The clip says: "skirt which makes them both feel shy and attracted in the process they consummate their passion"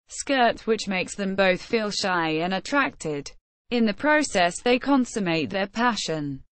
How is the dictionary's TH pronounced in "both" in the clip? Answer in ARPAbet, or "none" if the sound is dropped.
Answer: TH